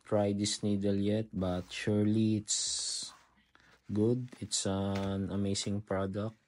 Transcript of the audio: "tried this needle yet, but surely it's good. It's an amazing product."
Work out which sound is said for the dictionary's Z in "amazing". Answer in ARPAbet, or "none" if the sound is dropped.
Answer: S